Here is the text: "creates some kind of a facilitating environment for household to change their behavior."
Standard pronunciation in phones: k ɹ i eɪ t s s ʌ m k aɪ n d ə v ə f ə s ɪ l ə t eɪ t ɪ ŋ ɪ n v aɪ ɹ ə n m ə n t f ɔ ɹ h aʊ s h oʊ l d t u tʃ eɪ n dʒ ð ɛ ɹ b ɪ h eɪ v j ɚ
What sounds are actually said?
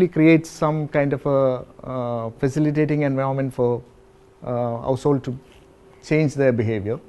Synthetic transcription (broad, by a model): k ɹ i eɪ t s s ʌ m k aɪ n d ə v ə f ə s ɪ l ə t eɪ t ɪ ŋ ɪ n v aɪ ə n m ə n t f ɔ ɹ h aʊ s h oʊ l d t u tʃ eɪ n dʒ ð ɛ b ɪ h eɪ v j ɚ